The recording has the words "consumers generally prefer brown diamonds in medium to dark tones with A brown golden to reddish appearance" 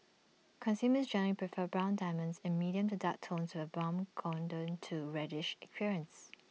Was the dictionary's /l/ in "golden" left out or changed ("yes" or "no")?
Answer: yes